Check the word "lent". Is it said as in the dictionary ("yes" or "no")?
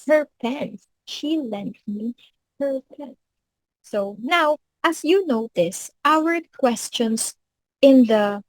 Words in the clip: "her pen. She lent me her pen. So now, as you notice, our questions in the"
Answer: yes